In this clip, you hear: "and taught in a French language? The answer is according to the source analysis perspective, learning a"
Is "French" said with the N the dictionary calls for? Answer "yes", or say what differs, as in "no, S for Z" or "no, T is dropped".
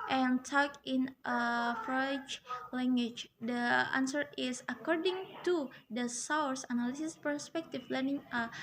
no, N is dropped